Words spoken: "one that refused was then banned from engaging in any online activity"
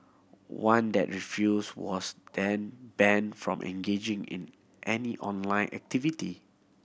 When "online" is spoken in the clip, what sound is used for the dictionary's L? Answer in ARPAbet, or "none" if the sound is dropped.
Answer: L